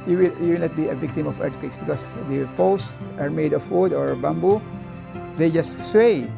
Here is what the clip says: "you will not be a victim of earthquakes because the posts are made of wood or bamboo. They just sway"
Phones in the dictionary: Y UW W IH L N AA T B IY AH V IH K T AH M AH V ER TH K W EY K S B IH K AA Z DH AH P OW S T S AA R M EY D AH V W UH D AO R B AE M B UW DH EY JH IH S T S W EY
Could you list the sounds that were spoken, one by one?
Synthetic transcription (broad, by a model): Y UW W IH L N AA T B IY AH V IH K T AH M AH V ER T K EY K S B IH K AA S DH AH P OW S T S AA R M EY D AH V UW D AO R B AE M B UW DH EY JH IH S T S W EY